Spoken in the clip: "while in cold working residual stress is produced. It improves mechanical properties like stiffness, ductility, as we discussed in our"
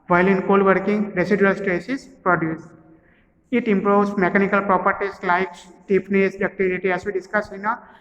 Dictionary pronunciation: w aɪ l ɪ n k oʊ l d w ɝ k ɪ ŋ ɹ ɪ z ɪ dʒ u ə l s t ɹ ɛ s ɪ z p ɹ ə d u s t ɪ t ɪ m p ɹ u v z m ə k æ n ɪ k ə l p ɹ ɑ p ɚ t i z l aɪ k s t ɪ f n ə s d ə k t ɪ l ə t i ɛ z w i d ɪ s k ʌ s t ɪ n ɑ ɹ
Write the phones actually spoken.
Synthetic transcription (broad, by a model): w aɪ l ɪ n k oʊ l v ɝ k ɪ ŋ ɹ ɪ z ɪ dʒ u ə l s t ɹ ɛ s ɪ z p ɹ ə d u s ɪ t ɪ m p ɹ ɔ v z m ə k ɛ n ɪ k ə l p ɹ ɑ p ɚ t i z l aɪ k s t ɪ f n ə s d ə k t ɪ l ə t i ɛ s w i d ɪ s k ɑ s ɪ n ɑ